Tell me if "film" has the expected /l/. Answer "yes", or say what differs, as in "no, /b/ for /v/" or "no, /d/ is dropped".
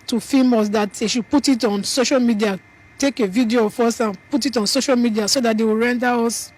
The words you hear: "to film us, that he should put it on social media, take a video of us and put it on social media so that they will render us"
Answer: no, /l/ is dropped